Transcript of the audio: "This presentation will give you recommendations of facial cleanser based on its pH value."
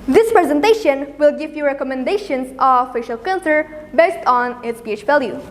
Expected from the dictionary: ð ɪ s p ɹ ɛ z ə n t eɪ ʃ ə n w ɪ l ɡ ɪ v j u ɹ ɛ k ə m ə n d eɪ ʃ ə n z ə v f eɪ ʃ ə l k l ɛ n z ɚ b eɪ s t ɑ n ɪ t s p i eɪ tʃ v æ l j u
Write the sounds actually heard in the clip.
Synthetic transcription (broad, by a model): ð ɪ s p ɹ ɛ z ə n t eɪ ʃ ə n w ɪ l ɡ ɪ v j u ɹ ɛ k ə m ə n d eɪ ʃ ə n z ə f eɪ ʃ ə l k ɛ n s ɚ b eɪ s t ɑ n ɪ t s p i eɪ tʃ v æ l j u